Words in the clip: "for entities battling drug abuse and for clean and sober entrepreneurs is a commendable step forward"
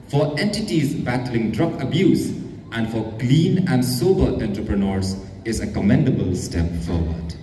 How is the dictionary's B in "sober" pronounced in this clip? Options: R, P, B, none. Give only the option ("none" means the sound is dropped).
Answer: B